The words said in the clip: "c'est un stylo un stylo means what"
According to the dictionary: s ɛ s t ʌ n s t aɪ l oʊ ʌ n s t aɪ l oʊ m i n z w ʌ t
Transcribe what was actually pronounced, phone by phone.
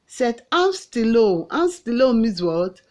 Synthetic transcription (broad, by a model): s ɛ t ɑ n s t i l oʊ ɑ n s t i l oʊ m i z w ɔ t